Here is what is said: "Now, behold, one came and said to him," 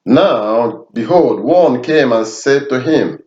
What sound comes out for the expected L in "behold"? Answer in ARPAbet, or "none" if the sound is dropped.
L